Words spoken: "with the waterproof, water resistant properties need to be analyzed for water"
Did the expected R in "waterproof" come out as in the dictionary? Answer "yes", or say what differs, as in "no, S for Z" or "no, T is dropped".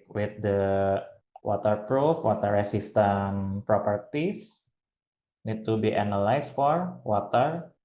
yes